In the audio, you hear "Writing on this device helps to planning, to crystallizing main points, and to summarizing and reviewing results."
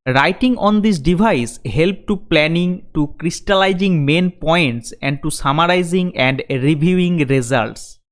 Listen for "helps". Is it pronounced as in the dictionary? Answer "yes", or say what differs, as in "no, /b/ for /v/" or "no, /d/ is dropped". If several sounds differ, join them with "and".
no, /s/ is dropped